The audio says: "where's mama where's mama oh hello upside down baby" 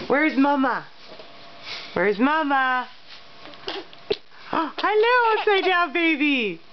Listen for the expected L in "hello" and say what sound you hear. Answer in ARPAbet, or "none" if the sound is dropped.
L